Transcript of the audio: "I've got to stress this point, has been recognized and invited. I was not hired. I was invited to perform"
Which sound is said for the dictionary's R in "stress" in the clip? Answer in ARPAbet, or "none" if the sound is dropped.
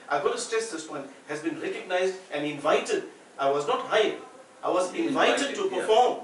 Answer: none